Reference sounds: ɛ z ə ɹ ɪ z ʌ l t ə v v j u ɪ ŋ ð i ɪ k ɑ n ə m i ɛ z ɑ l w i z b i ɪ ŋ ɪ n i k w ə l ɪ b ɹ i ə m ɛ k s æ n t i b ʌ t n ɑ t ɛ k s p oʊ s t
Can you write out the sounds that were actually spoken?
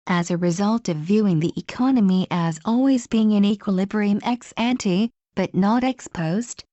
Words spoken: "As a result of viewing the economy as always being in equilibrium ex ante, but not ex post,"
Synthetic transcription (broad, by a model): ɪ z ə ɹ ɪ z ʌ l t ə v v j u ɪ ŋ ð i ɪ k ɑ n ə m i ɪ z ɑ l w i z b i ɪ ŋ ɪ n i k w ə l ɪ b ɹ i ə m ɛ k s æ n t i b ʌ t n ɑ t ɛ k s p oʊ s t